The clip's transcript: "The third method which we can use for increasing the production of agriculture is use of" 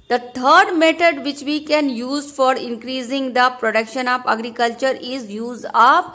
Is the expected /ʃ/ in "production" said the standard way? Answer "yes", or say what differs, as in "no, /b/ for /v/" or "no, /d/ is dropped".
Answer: yes